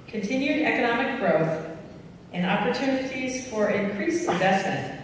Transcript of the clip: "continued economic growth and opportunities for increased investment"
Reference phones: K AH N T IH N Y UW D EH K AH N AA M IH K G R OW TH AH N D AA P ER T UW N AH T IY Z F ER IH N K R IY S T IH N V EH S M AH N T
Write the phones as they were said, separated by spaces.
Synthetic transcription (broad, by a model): K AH N T IH N Y UW D EH K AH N AA M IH K G R OW TH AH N AA P ER T UW N AH T IY Z F ER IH N K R IY S IH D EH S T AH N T